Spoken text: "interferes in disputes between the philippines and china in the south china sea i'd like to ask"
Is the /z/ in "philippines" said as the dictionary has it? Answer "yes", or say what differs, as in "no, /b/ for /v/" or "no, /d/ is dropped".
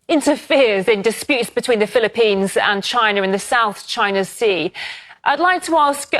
yes